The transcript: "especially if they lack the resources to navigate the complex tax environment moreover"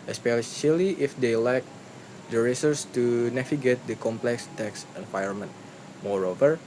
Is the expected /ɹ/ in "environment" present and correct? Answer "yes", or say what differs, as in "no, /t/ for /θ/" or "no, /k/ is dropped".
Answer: no, /ɹ/ is dropped